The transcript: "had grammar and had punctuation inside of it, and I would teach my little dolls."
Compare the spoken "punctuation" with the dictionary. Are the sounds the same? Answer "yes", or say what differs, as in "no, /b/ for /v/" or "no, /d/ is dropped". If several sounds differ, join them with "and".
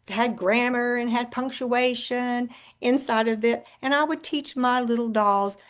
yes